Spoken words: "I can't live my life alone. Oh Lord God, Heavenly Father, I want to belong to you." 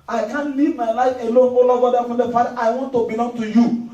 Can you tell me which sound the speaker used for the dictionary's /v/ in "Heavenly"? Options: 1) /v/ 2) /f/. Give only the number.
2